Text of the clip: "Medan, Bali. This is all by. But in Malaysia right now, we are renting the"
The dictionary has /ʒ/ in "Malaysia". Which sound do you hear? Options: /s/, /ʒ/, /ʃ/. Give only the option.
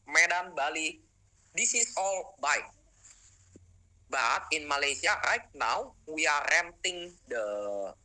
/s/